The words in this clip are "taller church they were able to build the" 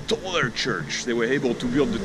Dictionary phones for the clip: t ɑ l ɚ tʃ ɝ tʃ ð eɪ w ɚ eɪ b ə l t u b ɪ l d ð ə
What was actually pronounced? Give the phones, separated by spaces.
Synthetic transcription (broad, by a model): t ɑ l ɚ tʃ ɝ tʃ ð eɪ w ɚ eɪ b ə l t u b ɪ l d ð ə